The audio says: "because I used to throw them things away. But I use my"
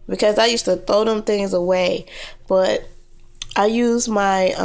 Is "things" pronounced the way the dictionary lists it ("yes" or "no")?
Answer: yes